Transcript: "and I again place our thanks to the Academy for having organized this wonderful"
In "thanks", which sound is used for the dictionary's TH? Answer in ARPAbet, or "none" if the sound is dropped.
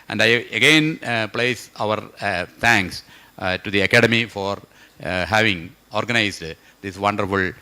T